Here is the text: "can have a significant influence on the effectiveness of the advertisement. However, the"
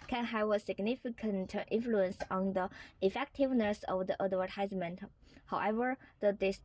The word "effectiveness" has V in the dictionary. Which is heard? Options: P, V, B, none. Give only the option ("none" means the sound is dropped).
V